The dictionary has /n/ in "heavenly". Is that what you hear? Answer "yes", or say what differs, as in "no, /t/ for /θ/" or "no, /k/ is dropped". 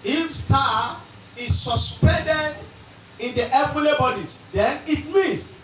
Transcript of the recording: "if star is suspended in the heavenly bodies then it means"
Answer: no, /n/ is dropped